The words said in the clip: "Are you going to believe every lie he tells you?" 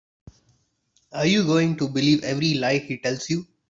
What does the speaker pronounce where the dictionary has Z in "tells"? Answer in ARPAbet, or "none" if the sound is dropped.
S